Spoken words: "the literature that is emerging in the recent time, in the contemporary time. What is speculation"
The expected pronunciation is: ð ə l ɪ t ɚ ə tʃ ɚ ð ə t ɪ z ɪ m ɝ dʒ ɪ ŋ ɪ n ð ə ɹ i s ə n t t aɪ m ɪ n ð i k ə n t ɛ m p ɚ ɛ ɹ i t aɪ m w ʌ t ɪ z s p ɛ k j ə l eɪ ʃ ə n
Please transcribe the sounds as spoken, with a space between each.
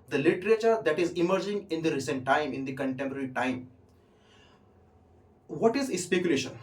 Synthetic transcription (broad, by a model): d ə l ɪ t ɚ ə tʃ ɚ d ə t ɪ z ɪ m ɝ dʒ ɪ ŋ ɪ n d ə ɹ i s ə n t t aɪ m ɪ n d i k ə n t ɛ m p ɚ ɛ ɹ i t aɪ m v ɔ t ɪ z s p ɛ k j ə l eɪ ʃ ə n